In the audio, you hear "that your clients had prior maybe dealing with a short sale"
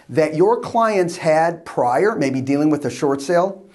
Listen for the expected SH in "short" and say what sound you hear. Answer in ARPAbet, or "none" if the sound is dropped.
SH